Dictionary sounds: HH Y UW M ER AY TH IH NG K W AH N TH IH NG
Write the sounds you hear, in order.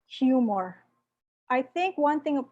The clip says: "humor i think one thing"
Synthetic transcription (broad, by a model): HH Y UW M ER AY TH IH NG K W AH N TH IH NG